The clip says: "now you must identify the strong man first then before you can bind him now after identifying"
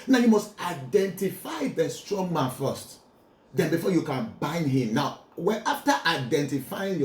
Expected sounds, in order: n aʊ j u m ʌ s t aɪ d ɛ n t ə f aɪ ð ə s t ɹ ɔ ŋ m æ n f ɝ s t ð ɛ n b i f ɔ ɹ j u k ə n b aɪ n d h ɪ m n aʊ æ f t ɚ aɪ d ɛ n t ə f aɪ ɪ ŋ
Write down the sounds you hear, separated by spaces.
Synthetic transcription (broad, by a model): n aʊ j u m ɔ s t aɪ d ɛ n t ə f aɪ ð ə s t ɹ ɔ ŋ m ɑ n f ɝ s t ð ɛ n b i f ɔ j u k ə n b aɪ n d h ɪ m n aʊ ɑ f t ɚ aɪ d ɛ n t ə f aɪ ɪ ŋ